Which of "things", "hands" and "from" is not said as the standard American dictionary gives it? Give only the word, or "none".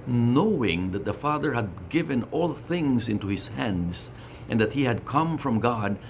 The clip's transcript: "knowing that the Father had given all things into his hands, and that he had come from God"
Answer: none